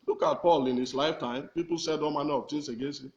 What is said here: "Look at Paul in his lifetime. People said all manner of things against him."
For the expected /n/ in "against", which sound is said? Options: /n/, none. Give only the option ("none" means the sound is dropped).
none